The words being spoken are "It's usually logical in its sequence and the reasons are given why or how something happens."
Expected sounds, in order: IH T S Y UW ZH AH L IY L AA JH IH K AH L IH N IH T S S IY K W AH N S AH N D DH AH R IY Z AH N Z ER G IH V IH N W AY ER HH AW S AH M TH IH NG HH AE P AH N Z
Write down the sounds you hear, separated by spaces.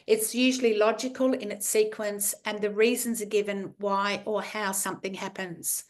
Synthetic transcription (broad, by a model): IH T S Y UW ZH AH L IY L AA JH IH K AH L IH N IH T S S IY K W AH N S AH N DH AH R IY Z AH N Z ER G IH V IH N W AY ER HH AW S AH M TH IH NG HH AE P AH N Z